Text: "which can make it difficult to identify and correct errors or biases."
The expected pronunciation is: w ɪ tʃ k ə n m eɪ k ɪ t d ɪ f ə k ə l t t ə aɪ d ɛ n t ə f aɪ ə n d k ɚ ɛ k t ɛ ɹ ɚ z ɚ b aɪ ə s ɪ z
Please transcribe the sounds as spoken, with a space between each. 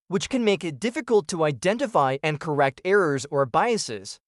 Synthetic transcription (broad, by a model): w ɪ tʃ k ə n m eɪ k ɪ t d ɪ f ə k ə l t t ə aɪ d ɛ n t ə f aɪ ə n k ɚ ɛ k t ɛ ɹ ɚ z ɚ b aɪ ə s ɪ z